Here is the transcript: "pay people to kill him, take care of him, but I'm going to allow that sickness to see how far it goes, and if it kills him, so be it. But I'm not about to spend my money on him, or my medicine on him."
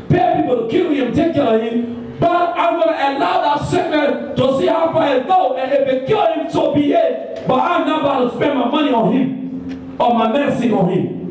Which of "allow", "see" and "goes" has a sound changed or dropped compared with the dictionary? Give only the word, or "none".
goes